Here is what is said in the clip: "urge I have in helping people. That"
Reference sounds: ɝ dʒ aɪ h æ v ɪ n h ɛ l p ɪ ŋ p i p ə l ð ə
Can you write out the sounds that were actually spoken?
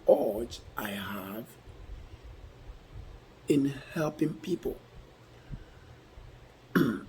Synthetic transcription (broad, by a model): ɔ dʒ aɪ h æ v ɪ n h ɛ l p ɪ ŋ p i p ə l